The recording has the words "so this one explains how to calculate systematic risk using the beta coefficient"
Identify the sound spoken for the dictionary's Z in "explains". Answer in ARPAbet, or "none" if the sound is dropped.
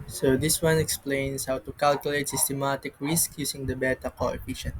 S